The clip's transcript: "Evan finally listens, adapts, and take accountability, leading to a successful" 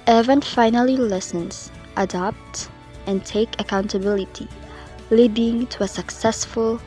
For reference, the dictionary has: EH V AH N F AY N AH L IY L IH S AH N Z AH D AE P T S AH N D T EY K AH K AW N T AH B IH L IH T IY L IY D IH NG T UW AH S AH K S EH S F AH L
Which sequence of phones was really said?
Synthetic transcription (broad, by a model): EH V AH N F AY N AH L IY L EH S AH N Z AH D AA P T AH N T EY K AH K AW N T AH B IH L IH T IY L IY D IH NG T UW AH S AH K S EH S F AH L